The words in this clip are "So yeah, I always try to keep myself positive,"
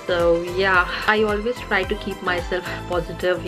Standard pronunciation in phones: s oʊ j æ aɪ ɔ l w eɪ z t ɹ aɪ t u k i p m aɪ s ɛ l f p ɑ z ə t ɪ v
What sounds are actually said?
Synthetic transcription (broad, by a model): s oʊ j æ aɪ ɔ l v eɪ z t ɹ aɪ t u k i p m aɪ s ɛ l f p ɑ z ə t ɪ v